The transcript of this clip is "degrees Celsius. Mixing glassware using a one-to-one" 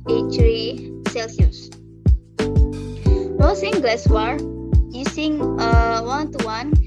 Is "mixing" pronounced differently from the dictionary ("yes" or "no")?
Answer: yes